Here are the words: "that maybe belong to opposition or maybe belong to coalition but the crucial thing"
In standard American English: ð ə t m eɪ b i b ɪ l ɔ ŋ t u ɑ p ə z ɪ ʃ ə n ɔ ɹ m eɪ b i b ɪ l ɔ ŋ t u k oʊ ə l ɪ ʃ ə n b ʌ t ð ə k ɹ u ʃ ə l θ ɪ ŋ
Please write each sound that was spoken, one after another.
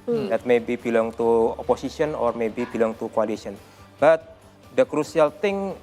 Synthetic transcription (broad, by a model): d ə t m eɪ b i b ɪ l ɔ ŋ t u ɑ p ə s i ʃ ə n ɔ ɹ m eɪ b i b ɪ l ɔ ŋ t u k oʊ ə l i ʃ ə n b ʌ t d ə k ɹ u s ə l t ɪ ŋ